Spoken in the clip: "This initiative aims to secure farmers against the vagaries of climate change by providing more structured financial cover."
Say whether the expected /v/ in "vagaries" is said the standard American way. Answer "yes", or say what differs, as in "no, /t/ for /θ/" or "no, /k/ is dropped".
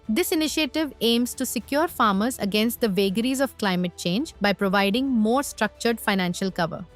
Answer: yes